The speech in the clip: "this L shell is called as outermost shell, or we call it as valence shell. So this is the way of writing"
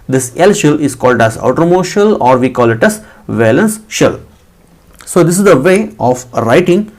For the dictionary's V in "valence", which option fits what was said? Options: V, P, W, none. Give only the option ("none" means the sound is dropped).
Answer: V